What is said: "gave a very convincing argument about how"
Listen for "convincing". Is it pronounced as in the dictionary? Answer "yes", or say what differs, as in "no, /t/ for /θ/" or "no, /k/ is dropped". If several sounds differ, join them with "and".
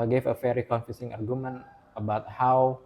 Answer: no, /f/ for /v/ and /n/ is dropped